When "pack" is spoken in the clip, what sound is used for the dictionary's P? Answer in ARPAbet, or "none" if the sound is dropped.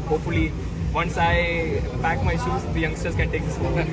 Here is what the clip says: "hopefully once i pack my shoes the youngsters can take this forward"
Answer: B